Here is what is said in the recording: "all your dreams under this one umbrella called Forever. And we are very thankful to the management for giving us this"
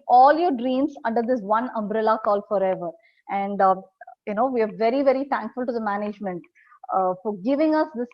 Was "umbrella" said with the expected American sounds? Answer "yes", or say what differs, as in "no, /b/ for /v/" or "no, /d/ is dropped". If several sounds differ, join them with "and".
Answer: yes